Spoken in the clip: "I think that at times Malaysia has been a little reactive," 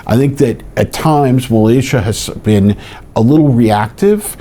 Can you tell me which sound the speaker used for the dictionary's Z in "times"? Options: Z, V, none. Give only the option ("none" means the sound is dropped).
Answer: Z